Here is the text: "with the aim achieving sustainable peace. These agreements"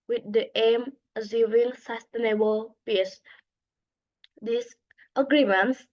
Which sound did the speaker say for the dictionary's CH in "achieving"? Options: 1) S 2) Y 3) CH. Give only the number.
1